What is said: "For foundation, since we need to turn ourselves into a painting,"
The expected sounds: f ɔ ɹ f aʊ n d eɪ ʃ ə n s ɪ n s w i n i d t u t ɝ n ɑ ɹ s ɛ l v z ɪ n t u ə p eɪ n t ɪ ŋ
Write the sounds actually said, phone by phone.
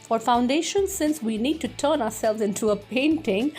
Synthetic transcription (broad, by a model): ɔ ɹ f aʊ n d eɪ ʃ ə n s ɪ n s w i n i d t u t ɝ n ɑ ɹ s ɛ l v z ɪ n t u ə p eɪ n t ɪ ŋ